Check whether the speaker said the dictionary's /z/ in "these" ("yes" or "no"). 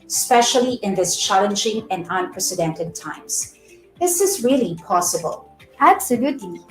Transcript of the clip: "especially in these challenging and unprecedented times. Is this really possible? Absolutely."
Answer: no